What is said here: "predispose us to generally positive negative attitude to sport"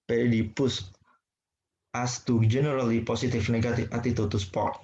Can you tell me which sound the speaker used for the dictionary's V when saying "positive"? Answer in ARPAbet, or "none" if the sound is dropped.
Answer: F